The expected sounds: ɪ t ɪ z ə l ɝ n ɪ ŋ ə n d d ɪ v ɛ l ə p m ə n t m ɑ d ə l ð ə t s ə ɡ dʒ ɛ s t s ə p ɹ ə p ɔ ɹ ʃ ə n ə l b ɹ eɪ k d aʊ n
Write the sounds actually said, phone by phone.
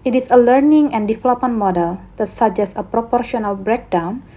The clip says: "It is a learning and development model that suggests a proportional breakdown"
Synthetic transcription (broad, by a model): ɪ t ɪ s ə l ɝ n ɪ ŋ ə n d d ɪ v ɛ l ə p m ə n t m ɑ d ə l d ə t s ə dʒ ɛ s s ə p ɹ ə p ɔ ɹ ʃ ə n ə l b ɹ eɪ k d aʊ n